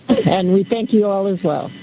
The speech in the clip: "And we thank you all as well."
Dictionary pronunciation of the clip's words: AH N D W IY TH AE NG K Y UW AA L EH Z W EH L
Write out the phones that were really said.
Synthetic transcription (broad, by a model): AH N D W IY TH AE NG K Y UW AA L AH Z W EH L